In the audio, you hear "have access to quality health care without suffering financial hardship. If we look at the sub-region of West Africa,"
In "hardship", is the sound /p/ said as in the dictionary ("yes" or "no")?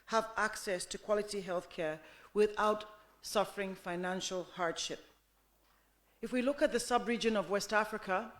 yes